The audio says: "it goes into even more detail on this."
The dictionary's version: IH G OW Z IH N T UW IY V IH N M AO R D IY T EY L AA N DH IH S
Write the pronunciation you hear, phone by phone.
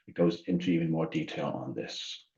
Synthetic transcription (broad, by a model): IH G OW Z IH N T UW IY V IH N M AO R D IY T EY L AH N DH IH S